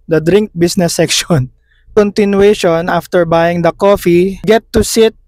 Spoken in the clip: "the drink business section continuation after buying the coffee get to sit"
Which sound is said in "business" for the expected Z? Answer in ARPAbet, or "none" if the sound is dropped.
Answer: S